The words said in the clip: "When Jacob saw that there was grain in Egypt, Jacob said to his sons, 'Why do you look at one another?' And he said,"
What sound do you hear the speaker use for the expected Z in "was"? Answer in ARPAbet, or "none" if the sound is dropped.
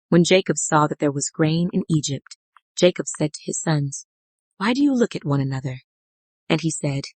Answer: Z